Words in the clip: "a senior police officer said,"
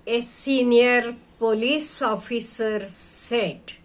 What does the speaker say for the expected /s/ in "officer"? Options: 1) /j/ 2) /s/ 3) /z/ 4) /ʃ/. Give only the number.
2